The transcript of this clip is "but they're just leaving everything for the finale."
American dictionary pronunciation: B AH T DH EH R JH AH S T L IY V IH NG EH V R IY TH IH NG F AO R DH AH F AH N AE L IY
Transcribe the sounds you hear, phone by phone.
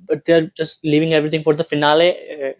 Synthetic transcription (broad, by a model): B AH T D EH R JH AH S T L IY V IH NG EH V R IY T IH NG F AO R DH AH F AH N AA L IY